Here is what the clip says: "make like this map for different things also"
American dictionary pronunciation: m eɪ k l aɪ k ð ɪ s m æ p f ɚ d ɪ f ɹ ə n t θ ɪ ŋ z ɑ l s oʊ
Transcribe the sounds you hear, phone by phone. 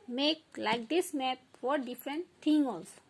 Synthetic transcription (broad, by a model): m eɪ k l aɪ k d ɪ s m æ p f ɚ d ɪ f ɹ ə n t t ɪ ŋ ɑ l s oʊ